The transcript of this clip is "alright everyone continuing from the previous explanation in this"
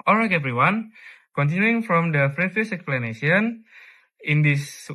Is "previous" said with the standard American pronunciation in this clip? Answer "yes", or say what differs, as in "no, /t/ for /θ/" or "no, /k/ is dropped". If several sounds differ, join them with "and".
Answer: no, /f/ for /p/